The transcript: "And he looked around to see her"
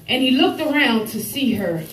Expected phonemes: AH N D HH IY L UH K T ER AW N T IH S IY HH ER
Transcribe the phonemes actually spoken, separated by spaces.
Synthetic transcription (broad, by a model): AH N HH IY L UH K T ER AW N T IH S IY ER